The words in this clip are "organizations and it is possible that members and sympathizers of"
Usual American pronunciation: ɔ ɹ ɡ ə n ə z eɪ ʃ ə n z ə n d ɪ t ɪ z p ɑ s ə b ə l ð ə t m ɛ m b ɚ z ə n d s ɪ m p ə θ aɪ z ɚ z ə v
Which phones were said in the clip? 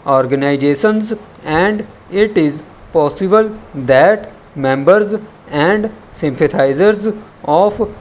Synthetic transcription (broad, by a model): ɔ ɹ ɡ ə n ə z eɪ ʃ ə n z ə n d ɪ t ɪ z p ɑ s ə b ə l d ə t m ɛ m b ɚ z ə n d s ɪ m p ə t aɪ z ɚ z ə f